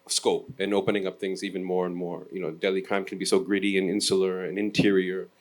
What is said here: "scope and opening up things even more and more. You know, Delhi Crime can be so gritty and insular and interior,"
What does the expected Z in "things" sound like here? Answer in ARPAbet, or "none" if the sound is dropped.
Z